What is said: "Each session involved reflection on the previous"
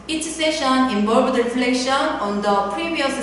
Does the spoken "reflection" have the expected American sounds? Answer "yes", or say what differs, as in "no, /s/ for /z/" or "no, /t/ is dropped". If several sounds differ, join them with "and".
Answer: yes